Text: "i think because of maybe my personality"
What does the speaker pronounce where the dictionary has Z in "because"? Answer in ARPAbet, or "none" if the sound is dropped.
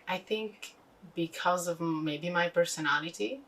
Z